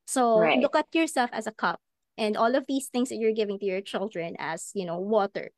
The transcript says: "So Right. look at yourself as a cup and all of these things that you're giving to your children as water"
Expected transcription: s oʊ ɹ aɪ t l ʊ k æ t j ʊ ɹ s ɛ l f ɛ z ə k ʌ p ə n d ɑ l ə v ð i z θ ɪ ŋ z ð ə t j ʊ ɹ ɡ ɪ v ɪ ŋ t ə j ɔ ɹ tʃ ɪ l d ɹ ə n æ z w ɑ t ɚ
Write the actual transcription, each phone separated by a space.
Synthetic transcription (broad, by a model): s oʊ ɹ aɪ l ʊ k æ t j ʊ ɹ s ɛ l f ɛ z ə k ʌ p ə n d ɑ l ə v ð i s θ ɪ ŋ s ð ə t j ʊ ɹ ɡ ɪ v ɪ ŋ t ə j ɔ ɹ tʃ ɪ l d ɹ ə n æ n w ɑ t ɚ